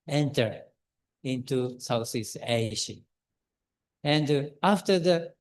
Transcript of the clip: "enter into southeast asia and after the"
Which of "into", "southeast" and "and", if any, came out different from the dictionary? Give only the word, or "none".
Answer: southeast